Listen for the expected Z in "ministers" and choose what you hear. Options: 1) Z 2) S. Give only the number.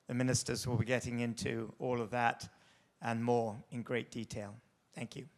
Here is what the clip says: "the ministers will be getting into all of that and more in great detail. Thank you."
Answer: 1